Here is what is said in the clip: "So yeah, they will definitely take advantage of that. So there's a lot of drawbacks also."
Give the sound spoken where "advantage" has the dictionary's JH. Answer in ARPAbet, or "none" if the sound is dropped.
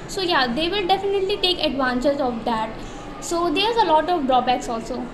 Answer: Z